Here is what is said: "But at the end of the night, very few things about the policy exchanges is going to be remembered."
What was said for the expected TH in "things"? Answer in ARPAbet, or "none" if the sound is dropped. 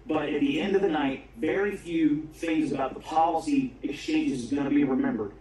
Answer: TH